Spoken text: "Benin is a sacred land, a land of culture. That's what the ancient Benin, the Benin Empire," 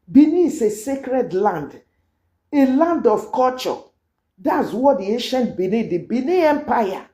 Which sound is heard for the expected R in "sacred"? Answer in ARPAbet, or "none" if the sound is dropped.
R